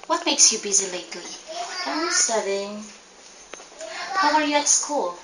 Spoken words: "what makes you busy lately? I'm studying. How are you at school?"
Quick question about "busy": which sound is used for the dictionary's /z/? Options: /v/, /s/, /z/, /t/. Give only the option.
/z/